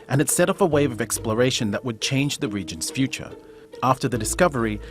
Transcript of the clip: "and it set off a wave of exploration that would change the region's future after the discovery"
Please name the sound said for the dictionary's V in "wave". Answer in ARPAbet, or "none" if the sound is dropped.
V